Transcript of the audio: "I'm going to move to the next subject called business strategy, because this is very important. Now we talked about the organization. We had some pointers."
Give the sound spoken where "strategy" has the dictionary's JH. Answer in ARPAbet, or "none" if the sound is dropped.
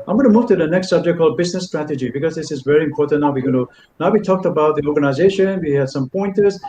JH